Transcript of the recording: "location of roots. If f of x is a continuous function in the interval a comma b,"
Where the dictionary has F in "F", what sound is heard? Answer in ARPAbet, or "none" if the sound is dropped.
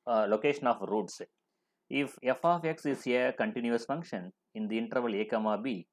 F